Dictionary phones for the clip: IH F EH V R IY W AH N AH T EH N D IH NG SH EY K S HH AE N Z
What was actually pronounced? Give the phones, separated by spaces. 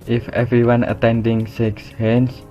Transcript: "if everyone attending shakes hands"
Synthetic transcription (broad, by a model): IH F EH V R IY W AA N AH T EH N D IH NG S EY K S HH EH N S